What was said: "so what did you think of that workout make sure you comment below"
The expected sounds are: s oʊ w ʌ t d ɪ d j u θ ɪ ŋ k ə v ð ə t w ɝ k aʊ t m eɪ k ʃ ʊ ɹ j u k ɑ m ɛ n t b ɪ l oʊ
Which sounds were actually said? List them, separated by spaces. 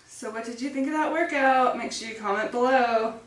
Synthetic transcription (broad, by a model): s oʊ w ʌ t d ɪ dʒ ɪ θ ɪ ŋ k ə v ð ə t w ɝ k aʊ t m eɪ k s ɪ k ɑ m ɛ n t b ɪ l oʊ